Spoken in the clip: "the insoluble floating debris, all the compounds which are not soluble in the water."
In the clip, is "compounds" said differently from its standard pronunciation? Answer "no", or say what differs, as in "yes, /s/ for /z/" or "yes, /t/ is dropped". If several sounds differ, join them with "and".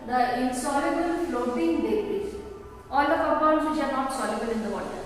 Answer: yes, /m/ is dropped